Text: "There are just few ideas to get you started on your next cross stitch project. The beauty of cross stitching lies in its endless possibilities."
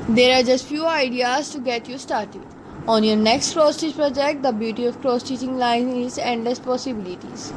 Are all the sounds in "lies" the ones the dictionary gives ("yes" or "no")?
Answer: no